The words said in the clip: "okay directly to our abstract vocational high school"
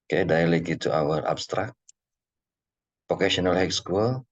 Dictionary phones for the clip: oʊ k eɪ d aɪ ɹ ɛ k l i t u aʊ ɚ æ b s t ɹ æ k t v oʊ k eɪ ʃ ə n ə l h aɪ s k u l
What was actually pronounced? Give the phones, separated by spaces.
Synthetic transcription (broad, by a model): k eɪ d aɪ l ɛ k i t u aʊ ɚ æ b s t ɹ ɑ k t p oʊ k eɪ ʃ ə n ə l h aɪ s k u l